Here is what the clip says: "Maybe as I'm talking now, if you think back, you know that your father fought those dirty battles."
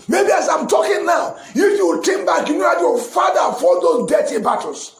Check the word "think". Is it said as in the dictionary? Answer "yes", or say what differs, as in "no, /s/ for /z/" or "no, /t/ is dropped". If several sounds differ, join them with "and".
no, /t/ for /θ/